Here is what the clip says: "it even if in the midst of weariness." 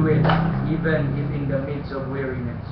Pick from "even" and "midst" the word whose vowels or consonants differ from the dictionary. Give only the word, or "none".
midst